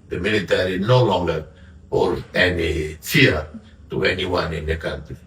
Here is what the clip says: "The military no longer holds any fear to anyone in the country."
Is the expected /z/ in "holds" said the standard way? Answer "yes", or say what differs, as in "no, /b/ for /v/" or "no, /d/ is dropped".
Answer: no, /z/ is dropped